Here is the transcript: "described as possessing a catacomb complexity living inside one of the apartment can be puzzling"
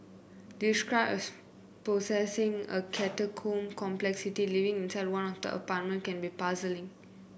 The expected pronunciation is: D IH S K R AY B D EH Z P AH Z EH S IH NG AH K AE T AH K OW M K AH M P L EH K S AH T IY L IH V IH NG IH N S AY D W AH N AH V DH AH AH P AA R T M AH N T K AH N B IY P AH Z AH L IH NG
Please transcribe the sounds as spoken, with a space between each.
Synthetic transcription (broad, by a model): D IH S K R AY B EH S P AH S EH S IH NG AH K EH T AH K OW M K AH M P L EH K S AH T IY L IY V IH NG IH N S AY D W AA N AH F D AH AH P AA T M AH N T K AH N B IY P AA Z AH L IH NG